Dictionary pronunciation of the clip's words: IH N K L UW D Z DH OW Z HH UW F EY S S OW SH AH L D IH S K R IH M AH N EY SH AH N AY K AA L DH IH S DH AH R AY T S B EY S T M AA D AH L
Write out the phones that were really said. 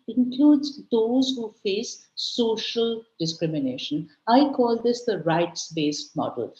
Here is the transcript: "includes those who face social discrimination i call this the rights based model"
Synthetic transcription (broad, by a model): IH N K L UW D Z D OW Z HH UW F EY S S OW SH AH L D IH S K R IH M AH N EY SH AH N AY K AA L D IH S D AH R AY T S B EY S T M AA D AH L